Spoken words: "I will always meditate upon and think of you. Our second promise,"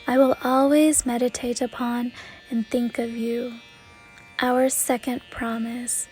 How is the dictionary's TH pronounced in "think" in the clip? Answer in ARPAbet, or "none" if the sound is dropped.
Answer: TH